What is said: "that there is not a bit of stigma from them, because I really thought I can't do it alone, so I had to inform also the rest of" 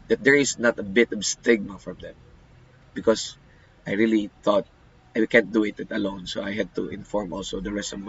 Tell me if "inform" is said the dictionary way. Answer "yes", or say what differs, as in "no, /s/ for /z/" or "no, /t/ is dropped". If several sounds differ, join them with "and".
yes